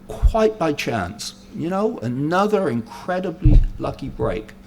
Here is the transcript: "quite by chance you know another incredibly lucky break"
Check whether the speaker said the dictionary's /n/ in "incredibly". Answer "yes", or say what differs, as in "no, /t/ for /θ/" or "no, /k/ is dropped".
yes